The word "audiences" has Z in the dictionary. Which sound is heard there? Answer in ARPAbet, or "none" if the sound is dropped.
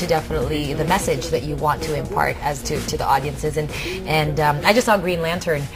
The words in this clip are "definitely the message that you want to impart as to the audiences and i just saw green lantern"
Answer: Z